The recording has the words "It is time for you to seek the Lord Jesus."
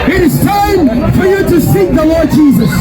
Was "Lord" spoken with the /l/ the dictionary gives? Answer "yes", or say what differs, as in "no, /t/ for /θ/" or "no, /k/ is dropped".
yes